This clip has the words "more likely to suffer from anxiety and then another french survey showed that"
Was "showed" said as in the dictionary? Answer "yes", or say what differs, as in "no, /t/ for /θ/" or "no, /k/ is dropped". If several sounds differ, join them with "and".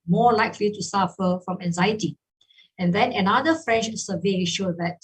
yes